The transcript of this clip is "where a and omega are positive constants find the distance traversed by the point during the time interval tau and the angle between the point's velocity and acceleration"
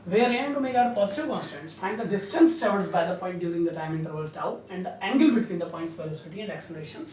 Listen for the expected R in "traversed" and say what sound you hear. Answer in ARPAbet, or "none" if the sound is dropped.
none